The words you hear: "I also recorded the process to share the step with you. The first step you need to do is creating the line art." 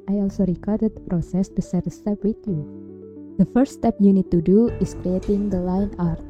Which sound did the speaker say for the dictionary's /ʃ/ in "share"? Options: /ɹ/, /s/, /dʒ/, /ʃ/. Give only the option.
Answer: /s/